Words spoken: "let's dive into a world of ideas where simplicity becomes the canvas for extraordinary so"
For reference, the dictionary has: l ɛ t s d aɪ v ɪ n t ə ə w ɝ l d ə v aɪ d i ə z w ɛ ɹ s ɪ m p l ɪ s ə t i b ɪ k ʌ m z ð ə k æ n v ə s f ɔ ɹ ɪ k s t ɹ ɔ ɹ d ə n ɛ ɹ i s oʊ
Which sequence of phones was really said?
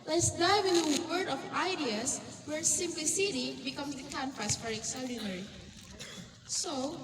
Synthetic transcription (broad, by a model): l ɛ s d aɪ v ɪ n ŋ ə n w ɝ d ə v aɪ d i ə s w ɛ ɹ s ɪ m p l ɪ s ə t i b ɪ k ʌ m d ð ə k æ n f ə s f ɔ ɹ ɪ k s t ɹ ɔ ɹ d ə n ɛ ɹ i s oʊ